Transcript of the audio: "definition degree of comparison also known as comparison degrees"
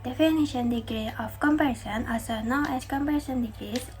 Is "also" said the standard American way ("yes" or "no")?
no